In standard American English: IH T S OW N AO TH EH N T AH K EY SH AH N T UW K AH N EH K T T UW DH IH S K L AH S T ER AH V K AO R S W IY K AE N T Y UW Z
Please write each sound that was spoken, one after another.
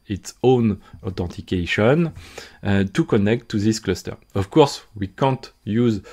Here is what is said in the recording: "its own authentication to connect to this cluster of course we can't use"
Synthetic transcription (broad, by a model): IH T S OW N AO T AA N T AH K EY SH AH N T UW K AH N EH K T T UW DH IH S K L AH S T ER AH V K AO R S W IY K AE N T Y UW Z